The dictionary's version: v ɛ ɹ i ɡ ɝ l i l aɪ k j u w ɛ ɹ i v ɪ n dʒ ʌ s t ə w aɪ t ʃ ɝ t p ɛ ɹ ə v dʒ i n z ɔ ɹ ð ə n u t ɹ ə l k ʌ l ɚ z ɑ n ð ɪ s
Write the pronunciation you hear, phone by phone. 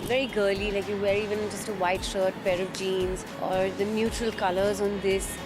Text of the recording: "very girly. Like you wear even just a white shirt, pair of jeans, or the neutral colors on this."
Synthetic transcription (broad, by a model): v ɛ ɹ i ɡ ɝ l i l aɪ k j u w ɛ ɹ i v ɪ n dʒ ʌ s t ə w aɪ t ʃ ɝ t p ɛ ɹ ə v dʒ i n z ɔ ɹ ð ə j u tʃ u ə l k ʌ l ɚ z ɑ n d ɪ s